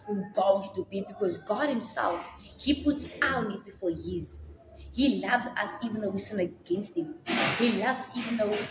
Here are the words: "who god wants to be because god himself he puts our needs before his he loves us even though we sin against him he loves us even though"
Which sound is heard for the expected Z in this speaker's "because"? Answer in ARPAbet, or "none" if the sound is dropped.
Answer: Z